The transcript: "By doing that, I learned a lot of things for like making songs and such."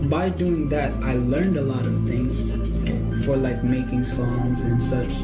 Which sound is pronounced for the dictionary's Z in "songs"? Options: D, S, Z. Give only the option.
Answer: Z